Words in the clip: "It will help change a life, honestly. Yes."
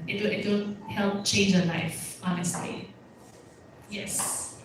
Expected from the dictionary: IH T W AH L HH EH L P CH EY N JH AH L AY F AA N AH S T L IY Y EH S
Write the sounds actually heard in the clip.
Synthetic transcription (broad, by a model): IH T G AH N HH EH L P CH EY N JH AH L AY F AA N AH S T L IY Y EH S